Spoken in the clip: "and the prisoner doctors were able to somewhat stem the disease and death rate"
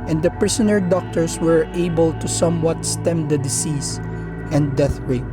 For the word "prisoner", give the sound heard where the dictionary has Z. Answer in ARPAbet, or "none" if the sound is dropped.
S